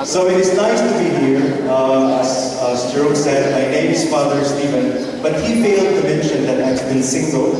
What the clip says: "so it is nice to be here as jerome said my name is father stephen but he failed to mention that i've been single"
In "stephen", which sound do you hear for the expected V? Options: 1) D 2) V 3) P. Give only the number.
2